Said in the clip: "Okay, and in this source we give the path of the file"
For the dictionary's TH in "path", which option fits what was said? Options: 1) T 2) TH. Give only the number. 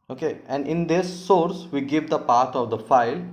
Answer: 1